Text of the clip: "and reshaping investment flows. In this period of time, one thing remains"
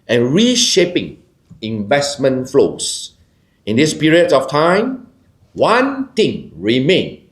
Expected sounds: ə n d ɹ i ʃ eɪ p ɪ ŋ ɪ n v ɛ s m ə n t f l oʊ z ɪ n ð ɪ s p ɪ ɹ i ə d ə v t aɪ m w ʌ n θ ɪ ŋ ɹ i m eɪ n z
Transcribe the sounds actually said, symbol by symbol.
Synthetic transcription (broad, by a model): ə n ɹ i ʃ eɪ p ɪ ŋ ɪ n v ɛ s m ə n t f l oʊ s ɪ n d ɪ s p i ɹ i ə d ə f t aɪ m w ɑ n t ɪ ŋ ɹ i m eɪ n